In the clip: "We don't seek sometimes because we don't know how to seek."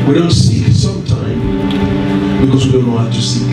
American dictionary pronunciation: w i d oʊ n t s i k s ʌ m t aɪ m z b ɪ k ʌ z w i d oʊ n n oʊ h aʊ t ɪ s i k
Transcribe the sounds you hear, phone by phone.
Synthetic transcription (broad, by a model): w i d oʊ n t s i s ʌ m t aɪ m b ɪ k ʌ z w i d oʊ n l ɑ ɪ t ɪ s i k